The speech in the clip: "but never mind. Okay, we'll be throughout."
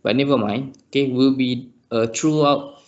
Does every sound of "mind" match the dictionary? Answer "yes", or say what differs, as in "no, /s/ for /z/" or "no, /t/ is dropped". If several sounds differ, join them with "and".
no, /d/ is dropped